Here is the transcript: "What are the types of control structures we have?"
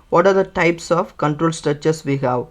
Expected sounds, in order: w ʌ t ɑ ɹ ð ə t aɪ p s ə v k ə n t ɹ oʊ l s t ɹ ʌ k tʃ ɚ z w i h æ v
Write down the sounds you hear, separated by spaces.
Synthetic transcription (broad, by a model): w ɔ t ɑ ɹ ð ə t aɪ p s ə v k ə n t ɹ oʊ l s t ɹ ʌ tʃ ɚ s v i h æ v